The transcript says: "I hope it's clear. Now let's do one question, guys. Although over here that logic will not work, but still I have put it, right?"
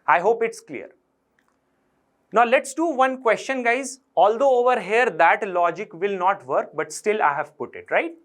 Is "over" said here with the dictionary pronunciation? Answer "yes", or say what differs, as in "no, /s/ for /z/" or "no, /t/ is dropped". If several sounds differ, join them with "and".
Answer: yes